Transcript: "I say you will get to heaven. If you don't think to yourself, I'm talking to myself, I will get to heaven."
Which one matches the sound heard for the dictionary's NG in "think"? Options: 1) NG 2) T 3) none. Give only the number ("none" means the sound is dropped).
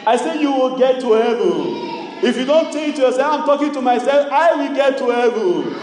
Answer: 3